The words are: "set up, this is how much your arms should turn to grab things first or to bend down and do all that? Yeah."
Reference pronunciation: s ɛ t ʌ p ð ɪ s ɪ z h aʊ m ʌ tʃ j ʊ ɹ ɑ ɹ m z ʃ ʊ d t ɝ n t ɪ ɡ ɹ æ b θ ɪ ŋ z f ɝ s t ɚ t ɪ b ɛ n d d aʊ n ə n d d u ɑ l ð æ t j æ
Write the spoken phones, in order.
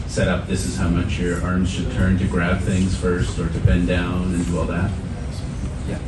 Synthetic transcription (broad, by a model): s ɛ t ʌ p ð ɪ s ɪ z h aʊ m ʌ tʃ j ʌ ɹ ɑ ɹ m z ʃ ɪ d t ɝ n t ɪ ɡ ɹ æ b θ ɪ ŋ z f ɝ s t ɚ t ɪ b ɛ n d d aʊ n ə n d d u ɑ l ð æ t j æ